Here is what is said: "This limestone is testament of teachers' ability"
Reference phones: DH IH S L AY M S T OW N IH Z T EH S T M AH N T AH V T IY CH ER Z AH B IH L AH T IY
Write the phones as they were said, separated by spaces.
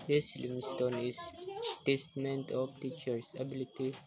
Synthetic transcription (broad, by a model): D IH S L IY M S T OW N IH S T EH S T M AH N T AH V T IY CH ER S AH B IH L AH T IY